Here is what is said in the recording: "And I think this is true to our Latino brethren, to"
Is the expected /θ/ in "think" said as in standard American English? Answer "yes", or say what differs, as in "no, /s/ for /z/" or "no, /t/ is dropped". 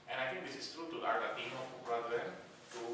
no, /t/ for /θ/